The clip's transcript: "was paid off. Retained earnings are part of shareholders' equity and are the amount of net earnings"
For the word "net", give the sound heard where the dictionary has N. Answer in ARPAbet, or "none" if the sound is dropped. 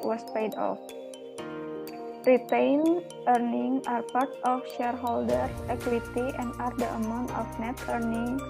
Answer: N